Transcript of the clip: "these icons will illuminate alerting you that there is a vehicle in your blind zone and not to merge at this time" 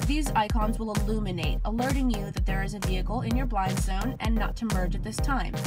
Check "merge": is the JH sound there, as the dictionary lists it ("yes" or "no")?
yes